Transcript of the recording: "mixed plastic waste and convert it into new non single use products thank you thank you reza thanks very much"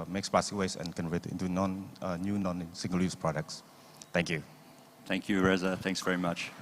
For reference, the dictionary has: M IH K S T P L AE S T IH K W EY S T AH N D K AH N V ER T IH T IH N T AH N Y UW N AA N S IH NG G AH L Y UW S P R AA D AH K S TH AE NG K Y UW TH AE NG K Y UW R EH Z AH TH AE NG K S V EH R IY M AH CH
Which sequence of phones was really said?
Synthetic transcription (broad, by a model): M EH K S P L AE S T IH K W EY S AH N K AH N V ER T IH T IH N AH N Y UW N AA N S IH NG G AH L Y UW S P R AA D AH K S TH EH NG K Y UW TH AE NG K Y UW R EH Z AH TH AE NG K S V EH R IY M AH CH